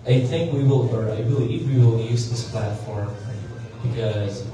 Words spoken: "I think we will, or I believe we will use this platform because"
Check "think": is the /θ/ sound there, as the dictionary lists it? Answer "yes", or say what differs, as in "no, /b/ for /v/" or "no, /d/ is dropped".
yes